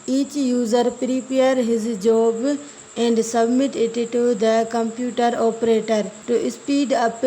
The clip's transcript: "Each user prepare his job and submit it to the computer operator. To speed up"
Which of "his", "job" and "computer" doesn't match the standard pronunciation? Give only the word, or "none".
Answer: none